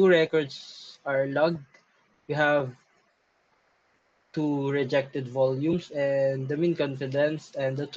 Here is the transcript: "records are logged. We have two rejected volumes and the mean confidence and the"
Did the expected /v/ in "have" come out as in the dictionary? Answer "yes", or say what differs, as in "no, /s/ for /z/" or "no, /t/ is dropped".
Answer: yes